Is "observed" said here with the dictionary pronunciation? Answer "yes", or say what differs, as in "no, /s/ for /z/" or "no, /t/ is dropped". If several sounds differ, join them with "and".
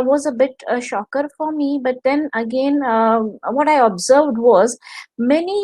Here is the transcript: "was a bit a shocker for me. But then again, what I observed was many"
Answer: yes